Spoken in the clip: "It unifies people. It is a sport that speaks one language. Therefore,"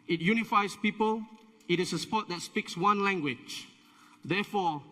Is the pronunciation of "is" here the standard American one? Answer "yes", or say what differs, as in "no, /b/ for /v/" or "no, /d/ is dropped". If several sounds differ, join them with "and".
no, /s/ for /z/